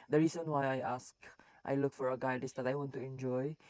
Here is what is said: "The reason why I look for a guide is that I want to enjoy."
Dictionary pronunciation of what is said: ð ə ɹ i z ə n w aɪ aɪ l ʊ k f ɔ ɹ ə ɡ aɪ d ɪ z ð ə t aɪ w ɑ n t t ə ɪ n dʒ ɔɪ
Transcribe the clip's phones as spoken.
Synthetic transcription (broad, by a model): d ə ɹ i s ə n w aɪ aɪ l ʊ k f ɔ ɹ ə ɡ aɪ d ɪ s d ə t aɪ w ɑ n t t ə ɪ n dʒ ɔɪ